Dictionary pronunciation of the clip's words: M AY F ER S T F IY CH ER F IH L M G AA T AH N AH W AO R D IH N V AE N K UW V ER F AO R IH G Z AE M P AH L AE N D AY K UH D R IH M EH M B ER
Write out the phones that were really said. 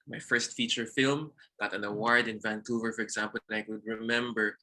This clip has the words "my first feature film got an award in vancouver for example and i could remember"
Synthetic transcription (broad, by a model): M AY F ER S T F IY CH ER F IH L M G AA T AH N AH W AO R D IH N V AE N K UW V ER F AO R IH G Z AE M P AH L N AY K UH D R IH M EH M B ER